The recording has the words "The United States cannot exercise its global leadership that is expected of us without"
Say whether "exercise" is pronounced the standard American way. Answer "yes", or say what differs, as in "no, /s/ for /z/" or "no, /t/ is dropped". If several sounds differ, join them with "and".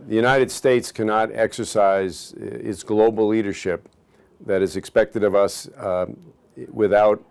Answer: yes